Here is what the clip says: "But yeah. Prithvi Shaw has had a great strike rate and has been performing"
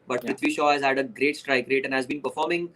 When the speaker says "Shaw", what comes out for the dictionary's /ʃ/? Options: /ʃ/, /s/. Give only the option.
/ʃ/